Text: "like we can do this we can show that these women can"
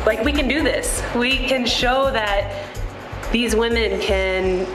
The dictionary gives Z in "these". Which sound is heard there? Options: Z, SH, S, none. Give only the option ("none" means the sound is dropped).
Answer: Z